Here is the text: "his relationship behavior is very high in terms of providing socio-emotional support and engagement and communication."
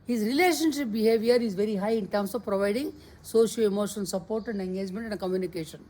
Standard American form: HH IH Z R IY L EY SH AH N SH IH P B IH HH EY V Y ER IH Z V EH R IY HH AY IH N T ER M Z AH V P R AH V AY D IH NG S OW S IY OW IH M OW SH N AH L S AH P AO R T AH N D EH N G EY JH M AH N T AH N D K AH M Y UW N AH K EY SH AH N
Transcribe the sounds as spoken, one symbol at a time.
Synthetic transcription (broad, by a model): HH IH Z R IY L EY SH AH N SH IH P B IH HH EY V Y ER IH Z V EH R IY HH AY IH N T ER M S AH V P R AH V AY D IH NG S OW SH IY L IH M OW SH AH N S AH P AO R T AH N D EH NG G EY JH M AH N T AH N D K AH M Y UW N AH K EY SH AH N